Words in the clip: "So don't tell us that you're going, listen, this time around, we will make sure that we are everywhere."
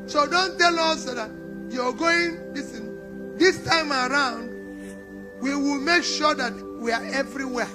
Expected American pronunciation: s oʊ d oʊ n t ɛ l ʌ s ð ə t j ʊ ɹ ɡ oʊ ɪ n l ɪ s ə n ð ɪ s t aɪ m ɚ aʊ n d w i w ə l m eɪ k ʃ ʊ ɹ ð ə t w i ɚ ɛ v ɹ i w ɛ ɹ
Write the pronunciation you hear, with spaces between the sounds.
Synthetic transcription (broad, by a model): s oʊ d oʊ n t ɛ l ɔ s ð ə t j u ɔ ɡ oʊ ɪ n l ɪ s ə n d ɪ s t aɪ m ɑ aʊ n d w i w ə l m eɪ k ʃ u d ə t w i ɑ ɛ v ɹ i w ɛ